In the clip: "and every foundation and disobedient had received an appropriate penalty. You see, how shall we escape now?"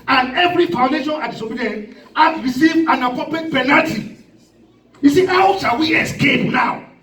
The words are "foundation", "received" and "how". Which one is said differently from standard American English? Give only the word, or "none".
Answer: received